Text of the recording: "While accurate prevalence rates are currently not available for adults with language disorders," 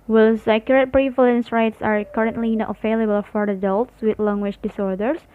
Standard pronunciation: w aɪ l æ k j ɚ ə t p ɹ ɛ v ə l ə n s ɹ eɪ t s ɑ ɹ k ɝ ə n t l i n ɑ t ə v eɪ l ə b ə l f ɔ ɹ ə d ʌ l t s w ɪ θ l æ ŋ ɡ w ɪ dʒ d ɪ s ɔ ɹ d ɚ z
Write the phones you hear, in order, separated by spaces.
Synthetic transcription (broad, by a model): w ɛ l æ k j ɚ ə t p ɹ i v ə l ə n s ɹ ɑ t s ɑ ɹ k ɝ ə n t l i n ɑ t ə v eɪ l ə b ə l f ɔ ɹ ə d ʌ l t s w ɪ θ l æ ŋ ɡ w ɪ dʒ d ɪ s ɔ ɹ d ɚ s